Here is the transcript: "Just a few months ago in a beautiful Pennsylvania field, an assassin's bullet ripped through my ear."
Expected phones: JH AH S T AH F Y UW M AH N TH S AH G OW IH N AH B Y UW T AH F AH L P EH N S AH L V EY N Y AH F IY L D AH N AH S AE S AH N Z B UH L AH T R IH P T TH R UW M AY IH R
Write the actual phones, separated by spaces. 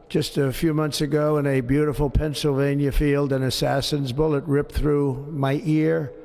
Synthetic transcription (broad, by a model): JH AH S T AH F Y UW M AH N TH S AH G OW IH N AH B Y UW T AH F L P EH N S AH L V EY N Y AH F IY L D AH N AH S AE S AH N Z B UH L AH T R IH P TH R UW M AY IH R